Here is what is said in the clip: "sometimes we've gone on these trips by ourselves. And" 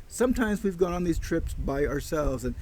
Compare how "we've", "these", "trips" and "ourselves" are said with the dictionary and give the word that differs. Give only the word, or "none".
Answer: none